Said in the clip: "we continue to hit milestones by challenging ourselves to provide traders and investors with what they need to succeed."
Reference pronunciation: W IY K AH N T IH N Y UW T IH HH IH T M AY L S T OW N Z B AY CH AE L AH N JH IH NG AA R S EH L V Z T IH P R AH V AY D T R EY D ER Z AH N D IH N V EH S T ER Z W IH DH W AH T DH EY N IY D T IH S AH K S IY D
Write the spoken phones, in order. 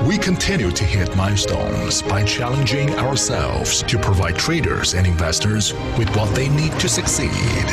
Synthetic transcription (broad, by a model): W IY K AH N T IH N Y UW T IH HH IH T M AY S T OW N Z B AY CH AE L AH N JH IH NG AA R S EH L V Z T IH P R AH V AY D T R EY D ER Z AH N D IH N V EH S T ER Z W IH DH W AH T DH EY N IY D T IH S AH K S IY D